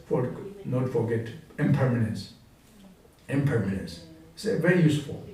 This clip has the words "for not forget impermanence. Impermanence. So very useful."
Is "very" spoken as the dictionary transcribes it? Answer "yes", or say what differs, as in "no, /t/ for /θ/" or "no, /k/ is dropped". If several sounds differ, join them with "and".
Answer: yes